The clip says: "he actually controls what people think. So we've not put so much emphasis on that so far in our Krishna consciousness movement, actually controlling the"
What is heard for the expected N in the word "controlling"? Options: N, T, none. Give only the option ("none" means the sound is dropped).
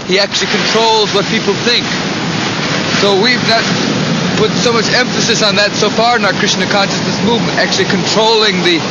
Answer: N